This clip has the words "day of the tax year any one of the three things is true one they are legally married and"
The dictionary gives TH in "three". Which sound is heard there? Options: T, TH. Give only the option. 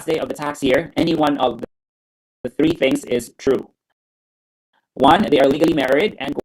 TH